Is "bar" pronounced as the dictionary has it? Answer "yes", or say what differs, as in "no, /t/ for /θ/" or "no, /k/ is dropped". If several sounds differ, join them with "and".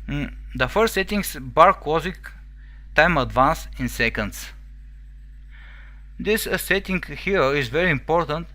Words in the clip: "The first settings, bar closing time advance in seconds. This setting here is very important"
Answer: yes